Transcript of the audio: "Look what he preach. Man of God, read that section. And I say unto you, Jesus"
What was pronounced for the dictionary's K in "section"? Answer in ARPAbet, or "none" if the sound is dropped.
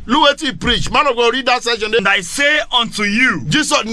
none